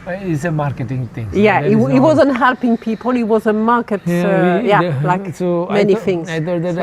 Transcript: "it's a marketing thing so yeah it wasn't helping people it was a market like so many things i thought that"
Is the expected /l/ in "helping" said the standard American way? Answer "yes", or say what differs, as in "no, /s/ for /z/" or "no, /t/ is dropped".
yes